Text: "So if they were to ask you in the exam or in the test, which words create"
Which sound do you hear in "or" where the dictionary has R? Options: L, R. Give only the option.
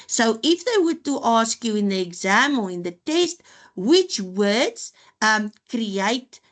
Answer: L